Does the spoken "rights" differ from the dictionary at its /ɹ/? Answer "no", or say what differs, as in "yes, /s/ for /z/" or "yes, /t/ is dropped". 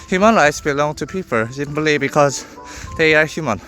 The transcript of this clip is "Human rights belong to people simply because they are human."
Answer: no